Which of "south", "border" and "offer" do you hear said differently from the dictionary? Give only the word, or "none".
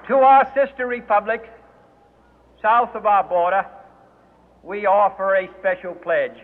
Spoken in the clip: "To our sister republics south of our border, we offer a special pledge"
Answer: none